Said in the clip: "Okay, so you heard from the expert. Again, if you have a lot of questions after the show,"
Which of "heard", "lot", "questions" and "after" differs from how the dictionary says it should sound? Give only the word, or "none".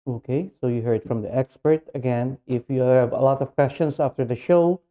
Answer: questions